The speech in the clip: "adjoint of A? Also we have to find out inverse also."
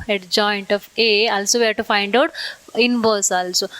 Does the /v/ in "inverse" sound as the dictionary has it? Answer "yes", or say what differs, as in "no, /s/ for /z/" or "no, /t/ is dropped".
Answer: no, /b/ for /v/